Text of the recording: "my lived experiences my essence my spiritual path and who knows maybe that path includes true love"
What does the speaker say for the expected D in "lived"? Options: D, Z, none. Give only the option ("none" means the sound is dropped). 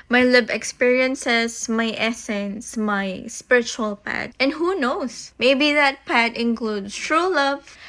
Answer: none